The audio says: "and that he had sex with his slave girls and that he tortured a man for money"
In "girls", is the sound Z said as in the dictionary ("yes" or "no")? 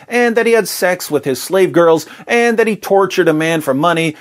yes